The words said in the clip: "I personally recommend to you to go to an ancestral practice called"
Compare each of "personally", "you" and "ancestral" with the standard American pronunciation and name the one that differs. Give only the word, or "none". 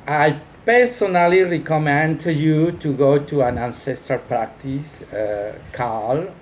none